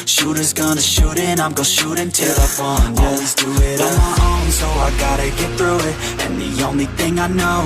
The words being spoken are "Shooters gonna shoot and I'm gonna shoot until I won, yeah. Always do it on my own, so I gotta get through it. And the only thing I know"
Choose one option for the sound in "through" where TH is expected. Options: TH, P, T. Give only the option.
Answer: TH